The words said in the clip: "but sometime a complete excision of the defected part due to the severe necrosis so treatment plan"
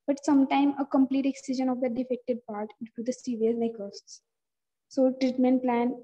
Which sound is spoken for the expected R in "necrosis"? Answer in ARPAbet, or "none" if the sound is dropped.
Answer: none